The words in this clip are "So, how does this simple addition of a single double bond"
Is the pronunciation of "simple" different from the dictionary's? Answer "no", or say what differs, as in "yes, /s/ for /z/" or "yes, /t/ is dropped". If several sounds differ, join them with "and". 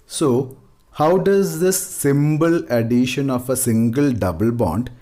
yes, /b/ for /p/